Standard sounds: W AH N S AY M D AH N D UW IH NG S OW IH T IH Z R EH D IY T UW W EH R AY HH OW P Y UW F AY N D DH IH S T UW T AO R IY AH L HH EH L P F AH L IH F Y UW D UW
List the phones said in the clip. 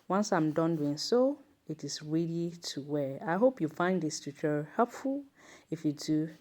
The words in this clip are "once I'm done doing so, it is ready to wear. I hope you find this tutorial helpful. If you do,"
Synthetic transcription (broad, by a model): W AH N S AY M D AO N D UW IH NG S OW IH T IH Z R EH D IY T UW W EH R AY HH OW P Y UW F AY N D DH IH S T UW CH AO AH HH EH L P F AH L IH F Y UW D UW